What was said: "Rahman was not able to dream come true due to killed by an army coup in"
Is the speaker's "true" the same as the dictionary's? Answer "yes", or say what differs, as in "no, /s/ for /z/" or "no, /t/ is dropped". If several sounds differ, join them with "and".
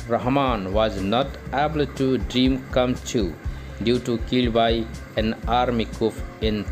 no, /ɹ/ is dropped